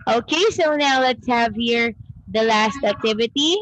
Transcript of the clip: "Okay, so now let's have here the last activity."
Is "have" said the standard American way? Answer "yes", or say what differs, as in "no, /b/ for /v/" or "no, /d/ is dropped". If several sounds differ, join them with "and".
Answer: yes